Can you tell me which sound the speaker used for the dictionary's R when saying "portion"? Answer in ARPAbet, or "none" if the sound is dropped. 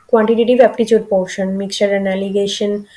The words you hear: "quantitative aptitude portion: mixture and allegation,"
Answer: W